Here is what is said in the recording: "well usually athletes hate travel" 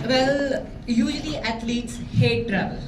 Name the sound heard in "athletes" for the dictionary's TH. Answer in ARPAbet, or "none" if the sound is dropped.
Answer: T